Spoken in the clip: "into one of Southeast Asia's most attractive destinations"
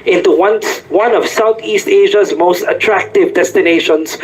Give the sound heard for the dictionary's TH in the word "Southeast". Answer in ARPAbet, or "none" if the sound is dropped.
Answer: T